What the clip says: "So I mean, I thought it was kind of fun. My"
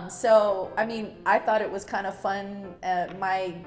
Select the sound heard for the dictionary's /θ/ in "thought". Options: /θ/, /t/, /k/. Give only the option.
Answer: /θ/